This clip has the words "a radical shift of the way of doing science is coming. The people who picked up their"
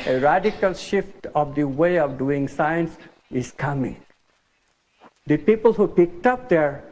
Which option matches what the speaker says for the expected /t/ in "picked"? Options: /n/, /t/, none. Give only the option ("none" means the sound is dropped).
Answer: /t/